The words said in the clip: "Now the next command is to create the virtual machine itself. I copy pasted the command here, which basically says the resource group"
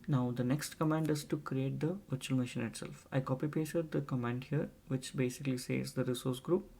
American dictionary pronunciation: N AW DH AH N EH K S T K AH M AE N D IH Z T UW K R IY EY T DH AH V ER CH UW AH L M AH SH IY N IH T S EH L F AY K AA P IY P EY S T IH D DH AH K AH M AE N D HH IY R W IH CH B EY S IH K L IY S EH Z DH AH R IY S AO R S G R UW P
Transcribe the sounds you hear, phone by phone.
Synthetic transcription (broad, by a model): N AW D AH N EH K S T K AH M AE N D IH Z T UW K R IY EY T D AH V ER CH UW AH L M AH SH IY N IH T S EH L F AY K AA P IY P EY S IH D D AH K AH M AE N D HH IY R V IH CH B EY S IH K L IY S EH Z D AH R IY S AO R S G R UW P